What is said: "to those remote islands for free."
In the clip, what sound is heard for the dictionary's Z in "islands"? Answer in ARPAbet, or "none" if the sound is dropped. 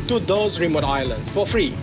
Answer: none